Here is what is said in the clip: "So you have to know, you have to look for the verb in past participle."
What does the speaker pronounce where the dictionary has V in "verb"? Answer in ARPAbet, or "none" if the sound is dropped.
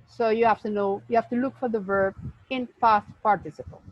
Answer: V